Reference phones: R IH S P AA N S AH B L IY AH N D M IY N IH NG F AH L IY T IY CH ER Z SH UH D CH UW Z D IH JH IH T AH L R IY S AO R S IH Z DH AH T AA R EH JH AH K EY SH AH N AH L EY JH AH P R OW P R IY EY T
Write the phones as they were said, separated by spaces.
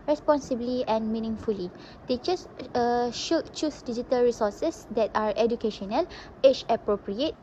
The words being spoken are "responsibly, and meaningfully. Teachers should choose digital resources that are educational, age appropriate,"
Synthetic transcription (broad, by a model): R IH S P AA N S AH B L IY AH N M IY N IH NG F AH L IY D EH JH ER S SH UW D CH UW S D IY JH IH T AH L R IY S AO S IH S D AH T AA R EH JH AH K EY SH AH N AH L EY CH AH P R OW P R IY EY T